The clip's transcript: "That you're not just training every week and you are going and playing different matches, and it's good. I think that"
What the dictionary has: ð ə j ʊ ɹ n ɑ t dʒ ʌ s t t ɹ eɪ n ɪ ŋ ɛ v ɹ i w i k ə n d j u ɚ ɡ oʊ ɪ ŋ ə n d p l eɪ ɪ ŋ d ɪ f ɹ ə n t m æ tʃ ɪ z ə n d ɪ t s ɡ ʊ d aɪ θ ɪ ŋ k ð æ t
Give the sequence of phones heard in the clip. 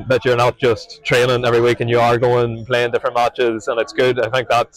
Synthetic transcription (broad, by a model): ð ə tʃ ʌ ɹ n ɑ t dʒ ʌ s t t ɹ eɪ l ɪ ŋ ɛ v ɹ i w i k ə n j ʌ ɚ ɡ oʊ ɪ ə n p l eɪ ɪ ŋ d ɪ f ɹ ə n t m æ tʃ ɪ z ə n ɪ t s ɡ ʊ d aɪ θ ɪ ŋ k ð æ t